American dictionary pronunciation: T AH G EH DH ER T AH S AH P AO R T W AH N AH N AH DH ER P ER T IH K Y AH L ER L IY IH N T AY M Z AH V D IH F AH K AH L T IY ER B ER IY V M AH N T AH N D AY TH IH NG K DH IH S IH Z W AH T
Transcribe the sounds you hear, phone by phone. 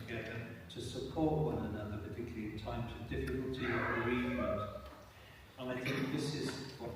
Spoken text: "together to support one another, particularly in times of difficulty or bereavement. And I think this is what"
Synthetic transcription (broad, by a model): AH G EH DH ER T AH S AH P AO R T W AH N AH N AH DH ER P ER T IH K Y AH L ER L IY IH N T AY M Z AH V D IH F AH K AH L T IY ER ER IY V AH T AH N AY TH IH NG K DH IH S IH Z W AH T